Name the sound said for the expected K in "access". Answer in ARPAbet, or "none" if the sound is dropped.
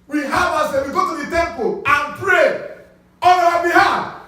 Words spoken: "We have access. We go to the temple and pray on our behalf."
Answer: none